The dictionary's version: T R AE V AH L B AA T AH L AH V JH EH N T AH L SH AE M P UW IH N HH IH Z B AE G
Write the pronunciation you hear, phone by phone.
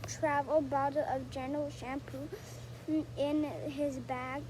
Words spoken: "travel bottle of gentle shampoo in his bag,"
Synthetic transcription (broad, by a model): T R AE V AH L B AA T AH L AH V JH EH N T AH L SH AE M P UW IH N HH IH Z B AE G